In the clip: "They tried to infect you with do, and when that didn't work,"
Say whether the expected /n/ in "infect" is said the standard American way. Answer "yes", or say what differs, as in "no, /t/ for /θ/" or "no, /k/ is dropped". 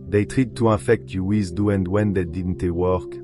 no, /n/ is dropped